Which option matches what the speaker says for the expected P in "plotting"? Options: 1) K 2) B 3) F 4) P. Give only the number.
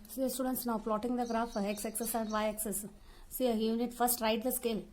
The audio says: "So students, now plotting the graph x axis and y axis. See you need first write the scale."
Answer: 3